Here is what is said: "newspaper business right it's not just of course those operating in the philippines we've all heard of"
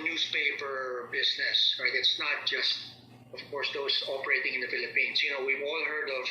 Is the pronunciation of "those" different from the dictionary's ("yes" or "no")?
yes